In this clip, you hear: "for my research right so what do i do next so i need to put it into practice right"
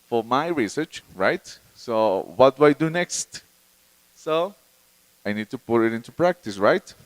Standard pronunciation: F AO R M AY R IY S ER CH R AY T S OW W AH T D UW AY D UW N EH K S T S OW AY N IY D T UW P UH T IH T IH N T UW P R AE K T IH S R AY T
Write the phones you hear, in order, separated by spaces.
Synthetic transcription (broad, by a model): F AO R M AY R IY S ER CH R AY T S OW W AH T D UW AY D UW N EH K S T S OW AY N IY D T UW P UH T IH T IH N T UW P R AE K T IH S R AY T